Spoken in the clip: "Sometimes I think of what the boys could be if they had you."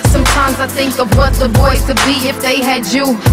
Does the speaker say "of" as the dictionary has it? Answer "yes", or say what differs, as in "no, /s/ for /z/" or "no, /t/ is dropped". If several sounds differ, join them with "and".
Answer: yes